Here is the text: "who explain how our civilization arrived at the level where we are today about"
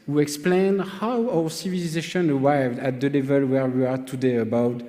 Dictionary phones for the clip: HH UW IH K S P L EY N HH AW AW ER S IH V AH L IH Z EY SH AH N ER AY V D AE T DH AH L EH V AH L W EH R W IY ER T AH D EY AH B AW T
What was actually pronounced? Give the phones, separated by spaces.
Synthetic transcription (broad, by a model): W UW IH K S P L EY N HH AW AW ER S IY V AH L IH Z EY SH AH N ER AY V D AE T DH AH L EH V AH L W EH R W IY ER T AH D EY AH B AW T